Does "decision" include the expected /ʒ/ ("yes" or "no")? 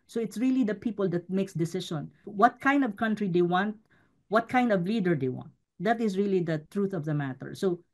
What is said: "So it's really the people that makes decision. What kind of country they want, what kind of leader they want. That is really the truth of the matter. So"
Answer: no